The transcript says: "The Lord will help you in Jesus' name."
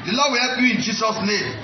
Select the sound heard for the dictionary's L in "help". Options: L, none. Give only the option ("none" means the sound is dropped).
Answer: none